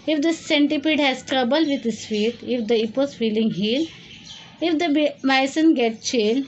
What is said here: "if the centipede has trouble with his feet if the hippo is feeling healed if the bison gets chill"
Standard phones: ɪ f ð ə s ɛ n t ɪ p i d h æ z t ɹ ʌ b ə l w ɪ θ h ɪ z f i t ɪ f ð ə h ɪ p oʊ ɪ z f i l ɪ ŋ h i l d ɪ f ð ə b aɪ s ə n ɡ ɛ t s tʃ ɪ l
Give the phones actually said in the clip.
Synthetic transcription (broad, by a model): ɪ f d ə s ɛ n t ɪ p i d h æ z t ɹ ʌ b ə l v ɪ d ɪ s f i t ɪ f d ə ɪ p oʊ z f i l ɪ ŋ h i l ɪ f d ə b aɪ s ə n ɡ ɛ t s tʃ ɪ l